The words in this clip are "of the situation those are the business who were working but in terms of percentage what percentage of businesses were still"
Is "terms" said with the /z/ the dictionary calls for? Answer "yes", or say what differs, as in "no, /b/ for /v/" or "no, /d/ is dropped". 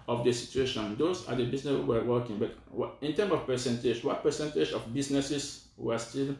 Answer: no, /z/ is dropped